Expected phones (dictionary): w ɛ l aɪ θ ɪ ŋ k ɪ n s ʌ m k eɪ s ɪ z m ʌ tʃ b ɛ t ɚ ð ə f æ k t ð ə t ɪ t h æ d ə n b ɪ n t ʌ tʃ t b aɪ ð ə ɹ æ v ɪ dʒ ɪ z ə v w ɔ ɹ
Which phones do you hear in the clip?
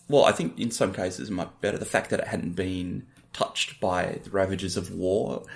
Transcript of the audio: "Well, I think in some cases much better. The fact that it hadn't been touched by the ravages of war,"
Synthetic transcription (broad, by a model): w ɛ l aɪ θ ɪ ŋ k ɪ n s ʌ m k eɪ s ɪ z m ʌ tʃ b ɛ t ɚ ð ə f æ k ð ə t ɪ t h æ d n b ɪ n t ʌ tʃ t b aɪ ð ə ɹ æ v ɪ dʒ ɪ z ə v w ɔ ɹ